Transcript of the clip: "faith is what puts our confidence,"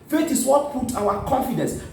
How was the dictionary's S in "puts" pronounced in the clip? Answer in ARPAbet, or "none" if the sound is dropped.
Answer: none